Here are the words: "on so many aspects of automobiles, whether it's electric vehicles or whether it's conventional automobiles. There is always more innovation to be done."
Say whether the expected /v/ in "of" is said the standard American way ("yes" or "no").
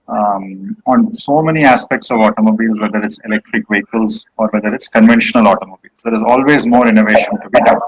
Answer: yes